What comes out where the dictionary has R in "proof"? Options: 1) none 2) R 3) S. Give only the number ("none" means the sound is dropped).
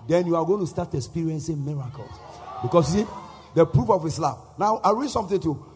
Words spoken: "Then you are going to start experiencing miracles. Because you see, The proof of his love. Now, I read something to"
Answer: 2